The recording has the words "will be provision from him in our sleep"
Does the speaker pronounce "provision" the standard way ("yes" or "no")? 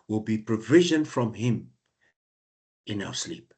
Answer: yes